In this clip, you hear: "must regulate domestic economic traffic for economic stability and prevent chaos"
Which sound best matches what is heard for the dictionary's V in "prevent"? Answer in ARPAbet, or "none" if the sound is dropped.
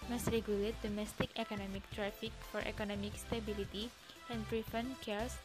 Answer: F